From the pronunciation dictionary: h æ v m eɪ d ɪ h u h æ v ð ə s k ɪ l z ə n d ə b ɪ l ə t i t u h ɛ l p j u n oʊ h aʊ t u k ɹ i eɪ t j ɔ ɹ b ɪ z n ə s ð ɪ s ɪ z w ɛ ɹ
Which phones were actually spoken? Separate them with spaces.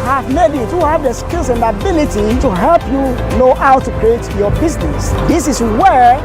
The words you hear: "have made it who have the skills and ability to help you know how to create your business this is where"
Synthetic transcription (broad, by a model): h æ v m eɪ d ɪ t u h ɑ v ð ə s k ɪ l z ə n d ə b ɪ l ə t i t u h ɛ l p j u n oʊ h aʊ t u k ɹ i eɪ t j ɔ b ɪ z n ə s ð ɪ s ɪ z w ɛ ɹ